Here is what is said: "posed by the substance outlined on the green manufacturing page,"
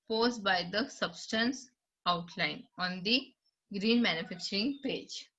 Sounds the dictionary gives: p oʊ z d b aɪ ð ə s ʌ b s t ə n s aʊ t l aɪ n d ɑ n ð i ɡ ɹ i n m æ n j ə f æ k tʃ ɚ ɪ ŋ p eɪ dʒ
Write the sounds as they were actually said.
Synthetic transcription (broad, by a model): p oʊ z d b aɪ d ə s ʌ b s t ə n s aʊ t l aɪ n ɑ n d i ɡ ɹ i n m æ n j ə f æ k tʃ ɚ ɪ ŋ p eɪ dʒ